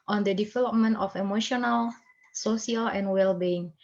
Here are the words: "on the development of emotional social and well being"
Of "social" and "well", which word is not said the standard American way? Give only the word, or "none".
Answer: social